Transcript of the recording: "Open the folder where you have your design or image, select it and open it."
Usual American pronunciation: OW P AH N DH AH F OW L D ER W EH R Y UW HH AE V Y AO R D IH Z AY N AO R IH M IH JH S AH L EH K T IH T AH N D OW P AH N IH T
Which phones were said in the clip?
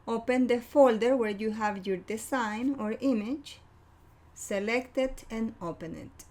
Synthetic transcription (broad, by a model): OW P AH N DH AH F OW L D ER W EH R Y UW HH AE V Y AO R D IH S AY N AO R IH M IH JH S AH L EH K T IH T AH N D OW P AH N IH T